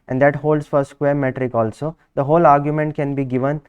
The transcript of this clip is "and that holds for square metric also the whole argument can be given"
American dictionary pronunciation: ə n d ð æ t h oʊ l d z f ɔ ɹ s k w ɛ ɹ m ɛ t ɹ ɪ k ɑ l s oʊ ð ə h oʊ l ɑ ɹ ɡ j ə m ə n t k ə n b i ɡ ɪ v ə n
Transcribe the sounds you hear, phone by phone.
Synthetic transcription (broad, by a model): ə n d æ t h oʊ l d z f ɔ ɹ s k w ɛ ɹ m ɛ t ɹ ɪ k ɑ l s oʊ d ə h oʊ l ɑ ɹ ɡ j ə m ə n t k ə n b i ɡ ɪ v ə n